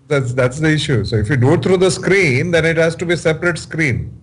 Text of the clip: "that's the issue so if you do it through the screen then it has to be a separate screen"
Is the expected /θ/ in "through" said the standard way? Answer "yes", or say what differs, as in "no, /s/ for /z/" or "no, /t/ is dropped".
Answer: no, /t/ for /θ/